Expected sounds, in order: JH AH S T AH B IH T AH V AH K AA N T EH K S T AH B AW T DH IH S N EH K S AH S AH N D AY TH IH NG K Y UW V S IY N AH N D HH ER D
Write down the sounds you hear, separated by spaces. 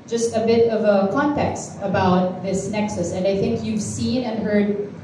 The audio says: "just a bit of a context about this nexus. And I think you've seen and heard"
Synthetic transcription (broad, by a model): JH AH S T AH B IH T AH V AH K AA N T EH K S T AH B AW T DH IH S N EH K S AH S AH N D AY TH IH NG K Y UW V S IY N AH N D HH ER D